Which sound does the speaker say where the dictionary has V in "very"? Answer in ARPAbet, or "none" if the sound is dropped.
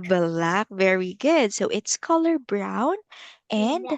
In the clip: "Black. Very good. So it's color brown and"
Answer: V